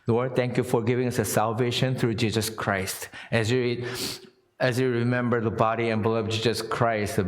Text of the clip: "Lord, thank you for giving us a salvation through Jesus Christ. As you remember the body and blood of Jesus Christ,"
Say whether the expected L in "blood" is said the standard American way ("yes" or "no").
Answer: no